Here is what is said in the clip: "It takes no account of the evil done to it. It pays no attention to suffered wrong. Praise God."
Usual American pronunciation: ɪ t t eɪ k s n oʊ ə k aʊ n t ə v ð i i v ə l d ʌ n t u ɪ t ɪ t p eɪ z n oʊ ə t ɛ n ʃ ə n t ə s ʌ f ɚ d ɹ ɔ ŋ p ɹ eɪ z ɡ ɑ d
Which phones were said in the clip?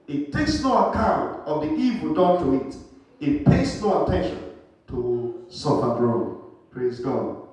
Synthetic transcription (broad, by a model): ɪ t t eɪ k s n oʊ ə k aʊ n t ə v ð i i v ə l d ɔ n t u ɪ t ɪ t p eɪ s n oʊ ə t ɛ n ʃ ə n t ə s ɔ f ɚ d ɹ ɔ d p ɹ eɪ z ɡ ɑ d